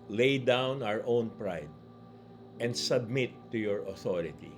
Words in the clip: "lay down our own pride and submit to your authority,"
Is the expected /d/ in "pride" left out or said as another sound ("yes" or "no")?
no